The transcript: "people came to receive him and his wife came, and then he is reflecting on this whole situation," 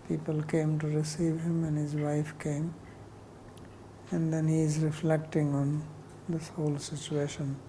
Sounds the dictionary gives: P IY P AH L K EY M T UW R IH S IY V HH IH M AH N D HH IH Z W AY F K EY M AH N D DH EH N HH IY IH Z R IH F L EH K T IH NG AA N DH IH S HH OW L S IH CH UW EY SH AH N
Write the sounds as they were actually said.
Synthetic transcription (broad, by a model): P IY P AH L K EY M T UW R IH S IY V HH IH M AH N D HH IH Z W AY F K EY M AH N D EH N HH IY IH Z R IH F L EH K T IH NG AA N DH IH S HH OW L S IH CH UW EY SH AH N